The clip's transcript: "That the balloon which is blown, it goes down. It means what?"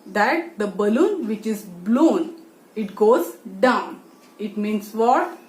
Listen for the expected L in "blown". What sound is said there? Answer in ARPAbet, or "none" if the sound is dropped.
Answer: L